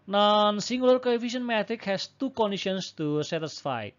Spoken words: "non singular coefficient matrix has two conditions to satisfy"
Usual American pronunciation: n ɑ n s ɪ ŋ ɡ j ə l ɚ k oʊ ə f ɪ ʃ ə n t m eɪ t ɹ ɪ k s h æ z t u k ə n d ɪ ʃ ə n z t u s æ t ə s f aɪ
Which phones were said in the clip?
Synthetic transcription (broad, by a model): n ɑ n s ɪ ŋ ɡ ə l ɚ k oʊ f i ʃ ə n m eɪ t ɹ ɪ k h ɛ s t u k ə n d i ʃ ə n s t u s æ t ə s f aɪ